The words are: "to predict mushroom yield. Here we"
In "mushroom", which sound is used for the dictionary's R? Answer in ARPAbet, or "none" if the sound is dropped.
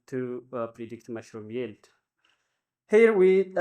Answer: R